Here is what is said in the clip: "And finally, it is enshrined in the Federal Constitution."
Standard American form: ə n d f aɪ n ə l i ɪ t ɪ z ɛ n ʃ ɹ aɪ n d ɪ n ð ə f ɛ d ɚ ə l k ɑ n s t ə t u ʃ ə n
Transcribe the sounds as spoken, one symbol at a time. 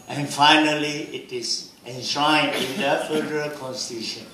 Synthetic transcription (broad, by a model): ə n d f aɪ n ə l i ɪ t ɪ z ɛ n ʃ aɪ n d ɪ n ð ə f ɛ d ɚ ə l k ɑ n s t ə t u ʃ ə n